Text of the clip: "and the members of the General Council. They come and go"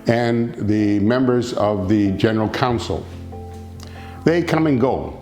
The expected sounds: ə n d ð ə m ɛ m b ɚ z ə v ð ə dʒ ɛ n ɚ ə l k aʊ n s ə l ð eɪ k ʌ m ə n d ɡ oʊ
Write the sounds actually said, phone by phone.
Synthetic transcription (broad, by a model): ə n ð ə m ɛ m b ɚ z ə v ð ə dʒ ɛ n ɚ l k aʊ n s l ð eɪ k ʌ m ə n ɡ oʊ